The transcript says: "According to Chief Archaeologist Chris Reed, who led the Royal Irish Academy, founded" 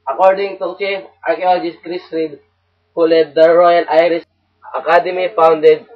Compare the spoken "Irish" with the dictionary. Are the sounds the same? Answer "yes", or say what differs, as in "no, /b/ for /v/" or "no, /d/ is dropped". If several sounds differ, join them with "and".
no, /s/ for /ʃ/